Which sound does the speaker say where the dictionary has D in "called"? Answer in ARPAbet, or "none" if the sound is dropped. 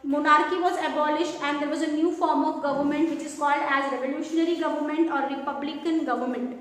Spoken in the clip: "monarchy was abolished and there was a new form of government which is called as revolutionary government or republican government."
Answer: D